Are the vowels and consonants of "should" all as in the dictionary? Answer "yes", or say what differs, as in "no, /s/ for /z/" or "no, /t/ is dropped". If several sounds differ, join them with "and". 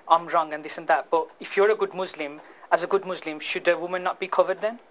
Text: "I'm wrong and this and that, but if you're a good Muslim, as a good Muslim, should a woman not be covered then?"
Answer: yes